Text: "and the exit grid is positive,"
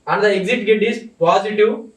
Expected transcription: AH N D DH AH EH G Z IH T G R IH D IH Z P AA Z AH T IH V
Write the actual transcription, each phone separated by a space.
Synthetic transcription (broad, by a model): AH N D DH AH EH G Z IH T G EH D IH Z P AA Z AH T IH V